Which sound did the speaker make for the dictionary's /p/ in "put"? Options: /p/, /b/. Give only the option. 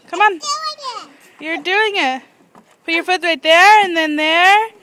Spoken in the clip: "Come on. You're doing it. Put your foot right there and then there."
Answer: /b/